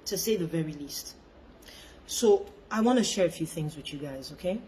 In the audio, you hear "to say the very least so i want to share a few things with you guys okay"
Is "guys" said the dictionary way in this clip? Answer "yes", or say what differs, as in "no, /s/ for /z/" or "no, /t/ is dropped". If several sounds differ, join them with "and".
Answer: yes